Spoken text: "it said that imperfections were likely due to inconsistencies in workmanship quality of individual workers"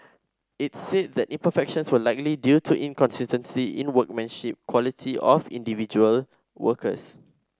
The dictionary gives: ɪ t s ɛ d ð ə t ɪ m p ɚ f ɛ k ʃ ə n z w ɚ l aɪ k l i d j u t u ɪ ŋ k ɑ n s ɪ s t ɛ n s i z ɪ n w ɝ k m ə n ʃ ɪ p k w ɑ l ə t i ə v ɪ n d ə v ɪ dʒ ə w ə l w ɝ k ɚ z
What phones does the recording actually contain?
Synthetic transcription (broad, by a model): ɪ t s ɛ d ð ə t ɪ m p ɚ f ɛ k ʃ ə n s w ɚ l aɪ k l i d j u t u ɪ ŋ k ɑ n s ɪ s t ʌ n s i ɪ n w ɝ k m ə n ʃ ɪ p k w ɑ l ə t i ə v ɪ n d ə v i dʒ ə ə l w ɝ k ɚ s